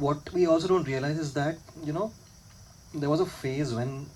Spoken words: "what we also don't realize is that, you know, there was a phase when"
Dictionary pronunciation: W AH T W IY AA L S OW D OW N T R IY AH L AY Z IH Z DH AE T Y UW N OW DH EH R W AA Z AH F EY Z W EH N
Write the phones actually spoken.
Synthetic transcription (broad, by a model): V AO T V IY AA L S OW D OW N T R IY AH L AY Z IH Z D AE T Y UW N OW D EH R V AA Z AH F EY Z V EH N